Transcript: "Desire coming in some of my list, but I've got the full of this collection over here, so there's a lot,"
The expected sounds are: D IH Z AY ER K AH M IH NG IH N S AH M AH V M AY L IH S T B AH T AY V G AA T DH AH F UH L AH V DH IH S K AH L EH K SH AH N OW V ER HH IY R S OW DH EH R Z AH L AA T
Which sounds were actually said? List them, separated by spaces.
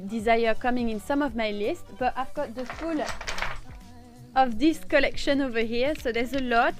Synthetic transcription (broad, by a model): D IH Z AY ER K AH M IH NG IH N S AH M AH V M AY L IH S T B AH T AY V G AA T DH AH F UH L AH V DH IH S K AH L EH K SH AH N OW V ER HH IY R S OW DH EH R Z AH L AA T